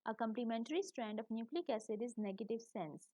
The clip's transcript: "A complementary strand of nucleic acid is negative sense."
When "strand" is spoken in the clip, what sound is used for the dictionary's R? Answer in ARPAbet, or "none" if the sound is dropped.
R